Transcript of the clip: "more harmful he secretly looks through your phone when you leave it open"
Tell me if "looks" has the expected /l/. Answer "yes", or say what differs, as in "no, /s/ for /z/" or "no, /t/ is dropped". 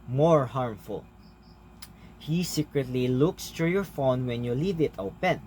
yes